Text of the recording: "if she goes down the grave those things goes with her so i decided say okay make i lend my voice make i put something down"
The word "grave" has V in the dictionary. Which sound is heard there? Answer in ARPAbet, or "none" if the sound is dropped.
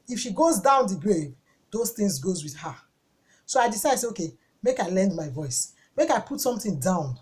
V